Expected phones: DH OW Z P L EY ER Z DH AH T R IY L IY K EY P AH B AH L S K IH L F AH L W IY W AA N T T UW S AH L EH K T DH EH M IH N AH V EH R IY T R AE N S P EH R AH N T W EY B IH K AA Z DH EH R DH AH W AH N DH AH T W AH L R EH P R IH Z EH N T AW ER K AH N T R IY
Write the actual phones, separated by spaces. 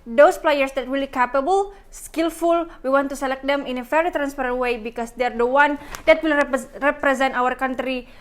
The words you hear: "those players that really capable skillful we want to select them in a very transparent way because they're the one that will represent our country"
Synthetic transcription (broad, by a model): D OW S P L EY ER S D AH T W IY L IY K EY P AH B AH L S K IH L F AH L W IY W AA N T T UW S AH L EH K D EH M IH N AH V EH R IY T R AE N S P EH R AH N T W EY B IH K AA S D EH R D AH W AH N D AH T W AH L R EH P R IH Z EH N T AW ER K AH N T R IY